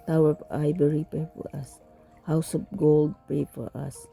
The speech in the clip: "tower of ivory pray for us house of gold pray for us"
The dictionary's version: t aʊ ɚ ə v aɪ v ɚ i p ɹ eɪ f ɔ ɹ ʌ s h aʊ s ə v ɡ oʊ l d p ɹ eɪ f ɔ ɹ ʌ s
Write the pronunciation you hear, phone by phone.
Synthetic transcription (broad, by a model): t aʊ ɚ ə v aɪ b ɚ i p eɪ f ɔ ɹ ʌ s h aʊ s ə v ɡ oʊ l d p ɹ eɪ f ɔ ɹ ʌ s